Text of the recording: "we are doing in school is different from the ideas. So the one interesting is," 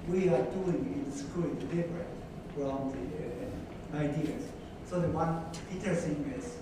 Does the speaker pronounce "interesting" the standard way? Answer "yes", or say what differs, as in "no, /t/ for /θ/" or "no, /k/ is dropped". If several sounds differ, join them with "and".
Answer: no, /n/ is dropped